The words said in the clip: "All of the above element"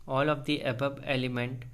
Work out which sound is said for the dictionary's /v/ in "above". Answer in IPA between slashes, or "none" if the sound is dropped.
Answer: /b/